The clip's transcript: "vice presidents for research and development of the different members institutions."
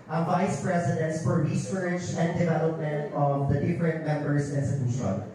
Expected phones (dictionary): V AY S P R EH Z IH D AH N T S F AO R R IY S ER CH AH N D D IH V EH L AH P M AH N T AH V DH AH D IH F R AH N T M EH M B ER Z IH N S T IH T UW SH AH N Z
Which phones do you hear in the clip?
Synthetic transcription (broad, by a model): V AY S P R EH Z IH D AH N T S F AO R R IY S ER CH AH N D D IH V EH L AH P M AH N T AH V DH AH D IH F R AH N T M EH M B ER S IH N S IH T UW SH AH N